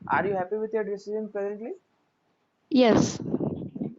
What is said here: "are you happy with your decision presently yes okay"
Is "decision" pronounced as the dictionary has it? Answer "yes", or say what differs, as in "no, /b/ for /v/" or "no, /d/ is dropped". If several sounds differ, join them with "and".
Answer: no, /z/ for /ʒ/